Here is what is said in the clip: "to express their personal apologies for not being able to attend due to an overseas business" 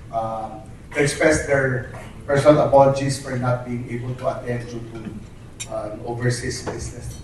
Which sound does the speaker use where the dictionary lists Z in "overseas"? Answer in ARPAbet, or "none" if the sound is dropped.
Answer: S